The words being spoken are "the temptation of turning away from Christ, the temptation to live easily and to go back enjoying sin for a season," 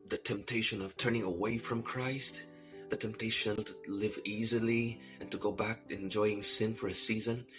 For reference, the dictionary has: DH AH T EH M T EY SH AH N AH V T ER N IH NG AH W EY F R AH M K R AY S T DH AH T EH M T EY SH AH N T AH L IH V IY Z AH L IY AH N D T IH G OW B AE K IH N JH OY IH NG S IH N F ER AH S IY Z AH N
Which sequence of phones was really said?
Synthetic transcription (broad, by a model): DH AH T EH M T EY SH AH N AH V T ER N IH NG AH W EY F R AH M K R AY S T DH AH T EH M T EY SH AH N T AH L IH V IY Z AH L IY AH N T IH G OW B AE K IH N JH OY IH NG S IH N F ER AH S IY Z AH N